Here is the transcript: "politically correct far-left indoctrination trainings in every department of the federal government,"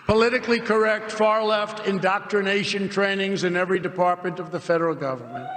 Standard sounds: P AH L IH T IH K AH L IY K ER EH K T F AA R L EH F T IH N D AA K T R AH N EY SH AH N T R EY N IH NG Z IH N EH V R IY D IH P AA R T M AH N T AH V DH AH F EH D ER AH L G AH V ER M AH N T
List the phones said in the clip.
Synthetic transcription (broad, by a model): P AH L IH T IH K L IY K ER EH K T F AA R L EH F T IH N D AA K T R AH N EY SH AH N T R EY N IH NG Z IH N EH V R IY D IH P AA R T M AH N T AH V DH AH F EH D ER L G AH V ER M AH N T